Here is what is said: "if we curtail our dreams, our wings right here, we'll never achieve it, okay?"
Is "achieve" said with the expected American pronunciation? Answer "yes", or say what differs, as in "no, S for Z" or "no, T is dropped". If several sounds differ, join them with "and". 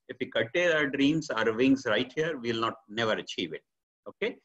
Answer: yes